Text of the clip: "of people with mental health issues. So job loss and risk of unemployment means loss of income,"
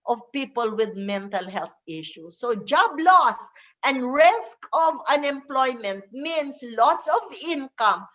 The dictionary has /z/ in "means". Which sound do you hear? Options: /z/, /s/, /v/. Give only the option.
/s/